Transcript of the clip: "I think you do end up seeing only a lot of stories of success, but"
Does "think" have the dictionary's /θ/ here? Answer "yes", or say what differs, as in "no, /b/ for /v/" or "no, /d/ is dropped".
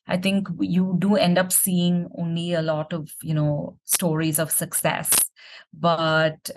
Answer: no, /t/ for /θ/